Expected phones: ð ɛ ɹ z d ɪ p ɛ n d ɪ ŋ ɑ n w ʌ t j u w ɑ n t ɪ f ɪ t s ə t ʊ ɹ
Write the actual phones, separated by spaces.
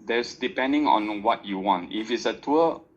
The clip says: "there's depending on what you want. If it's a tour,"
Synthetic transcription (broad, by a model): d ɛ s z d ɪ p ɛ n d ɪ ŋ ɑ n w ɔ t j u w ɑ n t ɪ f ɪ t s ə t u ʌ